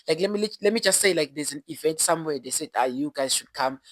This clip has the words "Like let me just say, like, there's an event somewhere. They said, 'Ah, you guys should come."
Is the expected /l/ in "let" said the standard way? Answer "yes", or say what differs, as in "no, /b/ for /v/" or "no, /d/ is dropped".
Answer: yes